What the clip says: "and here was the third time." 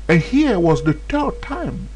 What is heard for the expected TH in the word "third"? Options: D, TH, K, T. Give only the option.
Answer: T